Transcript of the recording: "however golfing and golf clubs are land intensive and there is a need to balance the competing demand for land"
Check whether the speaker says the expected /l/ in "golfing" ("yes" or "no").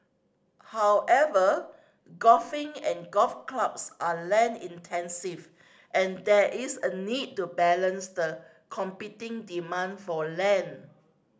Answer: no